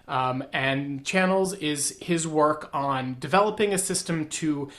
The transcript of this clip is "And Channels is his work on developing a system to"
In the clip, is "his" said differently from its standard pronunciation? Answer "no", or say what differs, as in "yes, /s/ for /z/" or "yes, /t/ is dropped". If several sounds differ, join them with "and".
no